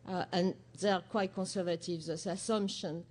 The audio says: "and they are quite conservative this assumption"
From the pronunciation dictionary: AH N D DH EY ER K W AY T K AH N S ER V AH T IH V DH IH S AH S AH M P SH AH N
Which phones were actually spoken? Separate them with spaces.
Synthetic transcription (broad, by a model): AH N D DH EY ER K W AY T K AH N S ER V AH T IH V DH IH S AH S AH M P SH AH N